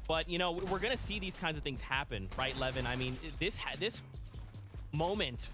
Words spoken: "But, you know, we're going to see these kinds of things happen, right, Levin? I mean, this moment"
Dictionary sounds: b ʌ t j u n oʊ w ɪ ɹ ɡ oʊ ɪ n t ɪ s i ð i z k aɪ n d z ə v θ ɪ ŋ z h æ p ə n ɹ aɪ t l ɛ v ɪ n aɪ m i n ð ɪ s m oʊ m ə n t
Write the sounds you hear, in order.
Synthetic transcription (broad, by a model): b ʌ t j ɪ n oʊ w ɪ ɹ ɡ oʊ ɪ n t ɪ s i ð i z k aɪ n d z ə v θ ɪ ŋ z h æ p ə n ɹ aɪ t l ɛ v ɪ n aɪ m i n ð ɪ s m oʊ m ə n t